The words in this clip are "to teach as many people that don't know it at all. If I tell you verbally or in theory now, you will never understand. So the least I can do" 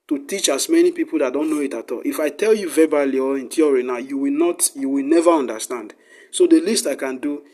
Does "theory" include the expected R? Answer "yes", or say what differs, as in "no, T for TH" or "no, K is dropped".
no, W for R